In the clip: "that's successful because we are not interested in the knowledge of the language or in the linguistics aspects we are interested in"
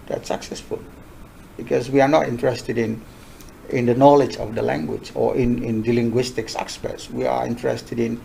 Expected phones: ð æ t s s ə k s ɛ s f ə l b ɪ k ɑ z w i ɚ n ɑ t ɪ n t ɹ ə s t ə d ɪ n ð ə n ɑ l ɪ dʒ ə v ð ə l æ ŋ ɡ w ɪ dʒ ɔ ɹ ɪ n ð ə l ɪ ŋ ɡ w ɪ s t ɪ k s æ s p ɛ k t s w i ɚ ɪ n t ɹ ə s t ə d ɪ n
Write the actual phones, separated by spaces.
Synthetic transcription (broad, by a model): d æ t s s ə k s ɛ s f ə l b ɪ k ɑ s w i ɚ n ɑ t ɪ n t ɹ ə s t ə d ɪ n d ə n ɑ l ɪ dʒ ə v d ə l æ ŋ ɡ w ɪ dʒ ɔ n ɪ n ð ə l ɪ ŋ ɡ w ɪ s t ɪ k s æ s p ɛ t s w i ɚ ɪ n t ɹ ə s t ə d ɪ n